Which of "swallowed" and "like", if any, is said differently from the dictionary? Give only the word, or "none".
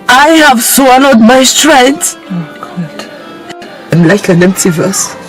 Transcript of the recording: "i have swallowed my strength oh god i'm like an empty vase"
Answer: swallowed